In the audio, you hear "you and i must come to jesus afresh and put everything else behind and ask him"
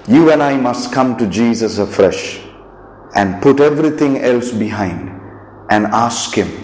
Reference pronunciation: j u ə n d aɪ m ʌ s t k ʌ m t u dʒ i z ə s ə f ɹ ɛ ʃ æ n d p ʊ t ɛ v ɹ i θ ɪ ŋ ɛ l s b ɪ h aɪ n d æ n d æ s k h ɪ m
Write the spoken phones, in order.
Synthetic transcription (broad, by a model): j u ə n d aɪ m ʌ s t k ʌ m t u dʒ i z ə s ə f ɹ ɛ ʃ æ n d p ʊ t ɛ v ɹ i t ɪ ŋ ɛ l s b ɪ h aɪ n d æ n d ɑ s k h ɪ m